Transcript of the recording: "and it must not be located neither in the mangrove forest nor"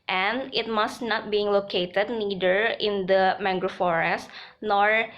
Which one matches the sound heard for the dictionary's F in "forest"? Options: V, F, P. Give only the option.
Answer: F